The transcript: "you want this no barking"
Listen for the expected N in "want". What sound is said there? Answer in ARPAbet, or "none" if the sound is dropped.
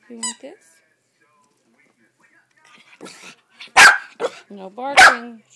none